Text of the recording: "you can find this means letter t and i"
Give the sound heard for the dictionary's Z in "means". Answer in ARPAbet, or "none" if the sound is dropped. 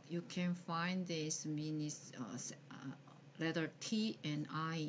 S